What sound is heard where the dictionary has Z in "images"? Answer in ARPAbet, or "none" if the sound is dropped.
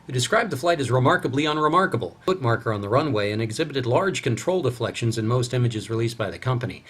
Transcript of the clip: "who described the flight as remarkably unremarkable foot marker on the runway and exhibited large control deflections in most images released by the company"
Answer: Z